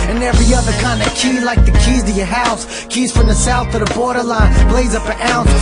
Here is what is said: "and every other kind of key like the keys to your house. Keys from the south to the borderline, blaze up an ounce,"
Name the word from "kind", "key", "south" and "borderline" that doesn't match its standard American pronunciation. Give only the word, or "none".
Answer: none